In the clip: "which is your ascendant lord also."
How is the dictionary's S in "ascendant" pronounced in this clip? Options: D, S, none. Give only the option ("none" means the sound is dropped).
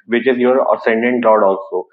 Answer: S